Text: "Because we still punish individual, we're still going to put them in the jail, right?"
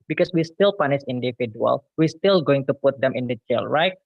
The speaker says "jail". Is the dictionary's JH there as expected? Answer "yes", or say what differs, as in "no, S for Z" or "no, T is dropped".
no, CH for JH